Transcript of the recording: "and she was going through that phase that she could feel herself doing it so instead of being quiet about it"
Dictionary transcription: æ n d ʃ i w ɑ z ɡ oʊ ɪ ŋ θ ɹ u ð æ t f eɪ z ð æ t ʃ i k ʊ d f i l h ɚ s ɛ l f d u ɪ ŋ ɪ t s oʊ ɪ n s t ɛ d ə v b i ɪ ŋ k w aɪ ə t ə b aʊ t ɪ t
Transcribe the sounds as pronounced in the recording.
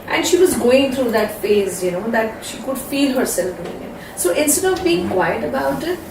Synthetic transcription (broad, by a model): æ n d ʃ i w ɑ z ɡ oʊ ɪ ŋ t ɹ u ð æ t f eɪ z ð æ t ʃ i k ʊ d f i l h ɚ s ɛ l f d u ɪ ŋ ɪ t s oʊ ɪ n s t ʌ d ə v b i ɪ ŋ k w aɪ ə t ə b aʊ t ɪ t